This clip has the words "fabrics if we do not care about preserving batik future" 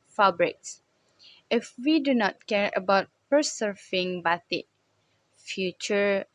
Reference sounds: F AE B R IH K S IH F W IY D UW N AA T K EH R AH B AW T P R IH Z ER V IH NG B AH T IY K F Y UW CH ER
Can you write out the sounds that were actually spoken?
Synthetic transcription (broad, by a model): F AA B R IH K S IH F W IY D UW N AA T K EH R AH B AW T P IH S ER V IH NG B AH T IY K F Y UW CH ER